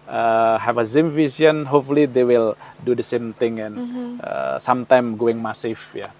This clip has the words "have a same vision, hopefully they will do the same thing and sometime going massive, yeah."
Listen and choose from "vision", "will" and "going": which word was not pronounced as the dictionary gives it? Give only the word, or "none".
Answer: vision